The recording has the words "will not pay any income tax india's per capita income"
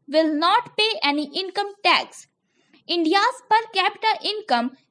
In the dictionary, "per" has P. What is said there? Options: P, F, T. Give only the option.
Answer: P